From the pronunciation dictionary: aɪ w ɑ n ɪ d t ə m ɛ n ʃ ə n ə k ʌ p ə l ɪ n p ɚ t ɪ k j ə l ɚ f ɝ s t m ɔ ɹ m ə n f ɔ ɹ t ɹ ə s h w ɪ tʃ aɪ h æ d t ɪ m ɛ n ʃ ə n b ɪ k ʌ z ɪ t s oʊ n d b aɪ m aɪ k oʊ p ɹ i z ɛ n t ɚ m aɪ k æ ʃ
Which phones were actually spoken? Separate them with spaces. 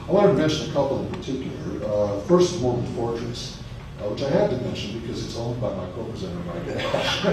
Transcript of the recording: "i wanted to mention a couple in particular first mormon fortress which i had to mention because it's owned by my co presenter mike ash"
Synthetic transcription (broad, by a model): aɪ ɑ ɪ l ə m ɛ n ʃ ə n ə k ʌ p l ɪ n p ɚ t ɪ k j l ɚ f ɝ s t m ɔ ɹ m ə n f ɔ ɹ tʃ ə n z w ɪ tʃ aɪ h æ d t ɪ m ɛ n ʃ ə n b ɪ k ʌ z ɪ t s oʊ n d b aɪ m aɪ k oʊ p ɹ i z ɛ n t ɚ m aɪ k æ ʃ